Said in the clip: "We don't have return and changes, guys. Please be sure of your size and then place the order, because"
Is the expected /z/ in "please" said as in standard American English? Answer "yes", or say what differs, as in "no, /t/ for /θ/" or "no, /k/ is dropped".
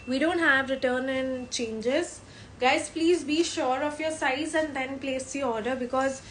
yes